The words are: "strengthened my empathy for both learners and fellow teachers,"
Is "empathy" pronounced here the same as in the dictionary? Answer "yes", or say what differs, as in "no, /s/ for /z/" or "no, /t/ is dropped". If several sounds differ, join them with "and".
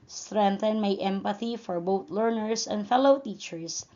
yes